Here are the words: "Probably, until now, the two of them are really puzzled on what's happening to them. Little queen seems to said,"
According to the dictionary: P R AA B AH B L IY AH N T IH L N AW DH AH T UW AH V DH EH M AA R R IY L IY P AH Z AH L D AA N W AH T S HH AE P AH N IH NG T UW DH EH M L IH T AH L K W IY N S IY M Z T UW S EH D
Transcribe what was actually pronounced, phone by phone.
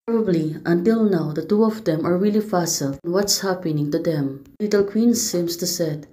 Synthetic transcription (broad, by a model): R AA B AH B L IY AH N T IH L N AW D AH T UW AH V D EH M AA R R IY L IY F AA S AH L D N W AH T S HH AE P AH N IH NG T UW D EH M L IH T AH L K W IY N S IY M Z T UW S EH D